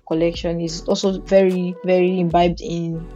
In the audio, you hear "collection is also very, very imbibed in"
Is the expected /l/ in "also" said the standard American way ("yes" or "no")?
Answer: yes